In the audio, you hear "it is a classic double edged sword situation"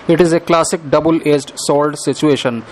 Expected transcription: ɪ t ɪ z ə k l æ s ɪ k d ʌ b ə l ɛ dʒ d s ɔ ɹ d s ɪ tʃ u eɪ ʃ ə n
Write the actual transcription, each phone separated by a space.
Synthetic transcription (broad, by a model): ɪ t ɪ z ə k l æ s ɪ k d ʌ b ə l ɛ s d s ɔ l d s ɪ tʃ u eɪ ʃ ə n